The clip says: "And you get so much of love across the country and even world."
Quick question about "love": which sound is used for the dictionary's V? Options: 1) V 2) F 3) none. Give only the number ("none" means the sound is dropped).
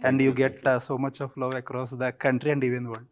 3